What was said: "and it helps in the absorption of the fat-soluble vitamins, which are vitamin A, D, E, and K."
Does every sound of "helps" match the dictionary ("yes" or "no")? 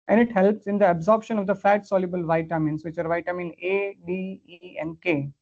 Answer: yes